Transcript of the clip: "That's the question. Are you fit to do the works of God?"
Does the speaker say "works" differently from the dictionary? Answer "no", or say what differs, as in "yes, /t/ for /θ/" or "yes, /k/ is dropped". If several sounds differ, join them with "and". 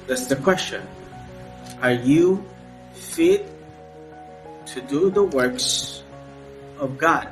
no